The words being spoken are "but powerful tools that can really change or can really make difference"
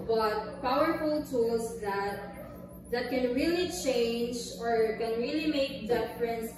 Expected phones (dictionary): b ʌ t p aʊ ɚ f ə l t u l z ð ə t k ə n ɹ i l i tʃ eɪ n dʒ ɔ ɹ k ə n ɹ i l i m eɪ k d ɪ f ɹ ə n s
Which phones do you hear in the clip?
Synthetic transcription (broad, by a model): b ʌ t p aʊ ɚ f ə l t u l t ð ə t k ə n ɹ i l i tʃ eɪ n dʒ ɔ ɹ k ə n ɹ i l i m eɪ k d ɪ f ɹ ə n s